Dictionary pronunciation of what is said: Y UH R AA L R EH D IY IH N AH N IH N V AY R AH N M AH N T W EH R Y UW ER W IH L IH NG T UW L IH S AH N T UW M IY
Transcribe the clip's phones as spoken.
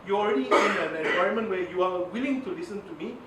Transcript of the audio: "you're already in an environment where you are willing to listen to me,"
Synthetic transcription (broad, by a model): Y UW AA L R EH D IY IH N AH N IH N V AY AH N M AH N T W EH Y UW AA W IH L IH NG T UW L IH S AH N T UW M IY